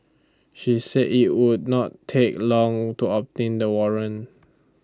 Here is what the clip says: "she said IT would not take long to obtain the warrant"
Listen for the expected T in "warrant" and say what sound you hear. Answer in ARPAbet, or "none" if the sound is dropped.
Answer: none